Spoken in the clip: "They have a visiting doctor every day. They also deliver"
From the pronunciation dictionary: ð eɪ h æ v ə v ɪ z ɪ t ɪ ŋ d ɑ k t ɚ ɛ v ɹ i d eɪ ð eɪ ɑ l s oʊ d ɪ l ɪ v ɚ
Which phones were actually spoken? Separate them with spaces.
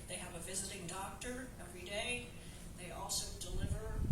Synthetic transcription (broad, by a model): ð eɪ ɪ v ə v ɪ z ɪ t ɪ ŋ d ɑ k t ɚ ɛ v ɹ i d eɪ ð eɪ ɑ l s oʊ d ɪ l ɪ v ɚ